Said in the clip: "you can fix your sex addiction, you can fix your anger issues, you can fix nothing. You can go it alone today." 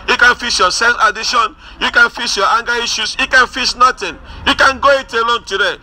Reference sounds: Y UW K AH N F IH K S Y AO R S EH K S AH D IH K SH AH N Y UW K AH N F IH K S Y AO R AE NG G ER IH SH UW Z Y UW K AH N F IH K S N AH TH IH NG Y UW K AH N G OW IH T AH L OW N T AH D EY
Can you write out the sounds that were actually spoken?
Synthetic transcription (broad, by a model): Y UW K AH N F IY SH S Y AO S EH S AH D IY SH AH N Y UW K AH N F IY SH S Y AO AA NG G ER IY SH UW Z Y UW K AH N F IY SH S N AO T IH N Y UW K AH N G OW IH T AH L OW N T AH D EY